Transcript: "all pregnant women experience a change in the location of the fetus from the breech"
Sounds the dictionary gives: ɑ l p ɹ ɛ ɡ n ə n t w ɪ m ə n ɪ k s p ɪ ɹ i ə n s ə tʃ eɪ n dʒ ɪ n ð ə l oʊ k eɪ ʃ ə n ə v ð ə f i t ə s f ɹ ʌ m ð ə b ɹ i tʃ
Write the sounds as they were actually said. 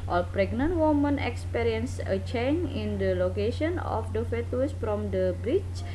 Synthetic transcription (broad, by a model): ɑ l p ɹ ɛ ɡ n ə n t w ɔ m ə n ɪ k s p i ɹ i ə n s ə tʃ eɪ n ɪ n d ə l oʊ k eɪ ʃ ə n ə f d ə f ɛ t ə s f ɹ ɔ m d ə b ɹ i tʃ